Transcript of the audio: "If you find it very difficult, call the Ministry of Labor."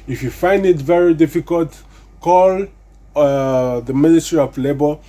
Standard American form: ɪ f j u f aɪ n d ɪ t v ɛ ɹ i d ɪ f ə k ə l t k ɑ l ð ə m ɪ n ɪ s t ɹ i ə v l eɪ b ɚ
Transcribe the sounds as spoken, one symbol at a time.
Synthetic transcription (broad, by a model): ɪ f j u f aɪ n d ɪ t v ɛ ɹ i d ɪ f ə k ə l t k ɑ l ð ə m ɪ n ɪ s t ɹ i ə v l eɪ b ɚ